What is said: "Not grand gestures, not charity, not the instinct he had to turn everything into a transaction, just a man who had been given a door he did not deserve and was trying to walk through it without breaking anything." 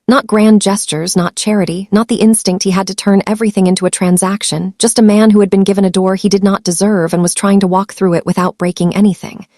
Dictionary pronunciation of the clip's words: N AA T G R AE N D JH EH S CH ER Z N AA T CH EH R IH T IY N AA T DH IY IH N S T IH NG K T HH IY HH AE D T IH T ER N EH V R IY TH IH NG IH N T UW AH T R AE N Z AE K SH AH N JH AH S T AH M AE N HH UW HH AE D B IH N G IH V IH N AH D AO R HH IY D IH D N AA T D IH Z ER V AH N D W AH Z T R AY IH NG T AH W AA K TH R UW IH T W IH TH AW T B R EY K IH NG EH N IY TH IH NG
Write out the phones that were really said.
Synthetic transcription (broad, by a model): N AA T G R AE N JH EH S CH ER Z N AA T CH EH R IH T IY N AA T DH IY IH N S T IH NG K T HH IY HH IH D T IH T ER N EH V R IY TH IH NG IH N T UW AH T R AE N Z AE K SH AH N JH AH S T AH M AE N HH UW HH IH D B IH N G IH V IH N AH D AO R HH IY D IH D N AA T D IH Z ER V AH N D W AH Z T R AY IH NG T AH W AA K TH R UW IH T W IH TH AW T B R EY K IH NG EH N IY TH IH NG